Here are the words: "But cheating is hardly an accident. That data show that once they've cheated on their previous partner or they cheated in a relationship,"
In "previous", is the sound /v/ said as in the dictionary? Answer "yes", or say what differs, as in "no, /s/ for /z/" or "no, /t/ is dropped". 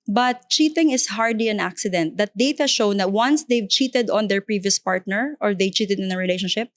yes